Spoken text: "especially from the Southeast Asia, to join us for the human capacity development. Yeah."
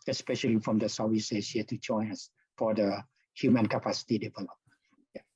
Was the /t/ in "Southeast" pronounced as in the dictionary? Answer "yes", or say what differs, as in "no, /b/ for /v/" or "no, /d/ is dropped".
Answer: no, /t/ is dropped